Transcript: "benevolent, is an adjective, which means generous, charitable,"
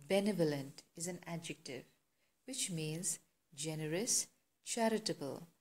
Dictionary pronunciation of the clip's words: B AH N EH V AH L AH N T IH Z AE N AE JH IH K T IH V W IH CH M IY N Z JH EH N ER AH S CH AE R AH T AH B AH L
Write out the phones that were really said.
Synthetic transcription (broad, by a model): B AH N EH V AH L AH N T IH Z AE N AE JH IH K T IH V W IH CH M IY N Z JH EH N ER AH S CH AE R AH T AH B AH L